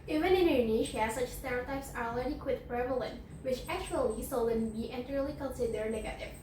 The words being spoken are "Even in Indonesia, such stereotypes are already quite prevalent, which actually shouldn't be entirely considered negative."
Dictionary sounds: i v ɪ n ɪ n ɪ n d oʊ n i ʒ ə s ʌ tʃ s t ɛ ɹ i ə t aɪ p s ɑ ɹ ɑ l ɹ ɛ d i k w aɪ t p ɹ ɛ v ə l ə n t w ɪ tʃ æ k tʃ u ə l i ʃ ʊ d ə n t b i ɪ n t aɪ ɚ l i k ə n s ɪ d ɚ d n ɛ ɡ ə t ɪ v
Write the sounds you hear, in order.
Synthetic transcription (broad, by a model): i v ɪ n ɪ n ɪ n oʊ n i ʃ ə s ʌ tʃ s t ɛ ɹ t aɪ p s ɑ ɹ ɑ l ɹ ɛ d i k w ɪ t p ɹ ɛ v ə l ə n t w ɪ tʃ æ k tʃ u ə l i s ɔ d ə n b i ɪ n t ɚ l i k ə n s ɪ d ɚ n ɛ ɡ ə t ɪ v